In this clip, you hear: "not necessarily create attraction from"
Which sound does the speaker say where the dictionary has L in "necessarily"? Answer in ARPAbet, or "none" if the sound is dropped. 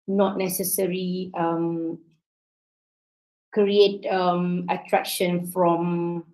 none